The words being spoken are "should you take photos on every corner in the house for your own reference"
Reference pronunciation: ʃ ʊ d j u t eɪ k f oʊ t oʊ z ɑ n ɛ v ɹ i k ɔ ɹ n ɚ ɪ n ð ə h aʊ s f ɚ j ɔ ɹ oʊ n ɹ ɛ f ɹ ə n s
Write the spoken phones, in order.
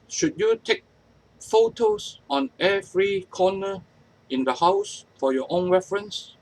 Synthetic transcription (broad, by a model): ʃ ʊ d j u t eɪ k f oʊ t oʊ s ɑ n ɛ v ɹ i k ɔ n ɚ ɪ n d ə h aʊ s f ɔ j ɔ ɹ oʊ n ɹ ɛ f ɹ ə n s